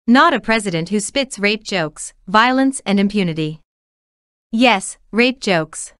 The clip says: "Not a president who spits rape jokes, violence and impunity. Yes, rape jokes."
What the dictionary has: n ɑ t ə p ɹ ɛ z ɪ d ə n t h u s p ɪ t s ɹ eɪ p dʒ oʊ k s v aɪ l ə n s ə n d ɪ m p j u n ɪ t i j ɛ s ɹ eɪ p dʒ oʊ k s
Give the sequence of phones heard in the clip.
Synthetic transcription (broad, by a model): n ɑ t ə p ɹ ɛ z ɪ d ə n t h u s p ɪ t s ɹ eɪ p dʒ oʊ k s v aɪ l ə n s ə n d ɪ m p j u n ɪ t i j ɛ s ɹ eɪ p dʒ oʊ k s